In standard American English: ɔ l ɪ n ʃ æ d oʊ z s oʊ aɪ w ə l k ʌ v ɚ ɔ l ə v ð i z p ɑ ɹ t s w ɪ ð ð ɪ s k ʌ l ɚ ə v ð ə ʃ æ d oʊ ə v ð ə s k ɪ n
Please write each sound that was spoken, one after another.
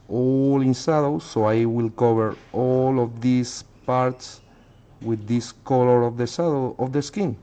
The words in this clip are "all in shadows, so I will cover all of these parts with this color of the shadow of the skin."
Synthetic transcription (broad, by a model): ɔ l ɪ n s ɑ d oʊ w s oʊ aɪ w ə l k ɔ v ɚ ɔ l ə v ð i s p ɑ ɹ t s w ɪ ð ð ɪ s k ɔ l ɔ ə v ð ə s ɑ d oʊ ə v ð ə s k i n